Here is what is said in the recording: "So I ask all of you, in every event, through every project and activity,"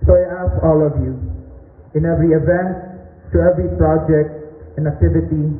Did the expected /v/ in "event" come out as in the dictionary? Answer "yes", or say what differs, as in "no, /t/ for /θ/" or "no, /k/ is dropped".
yes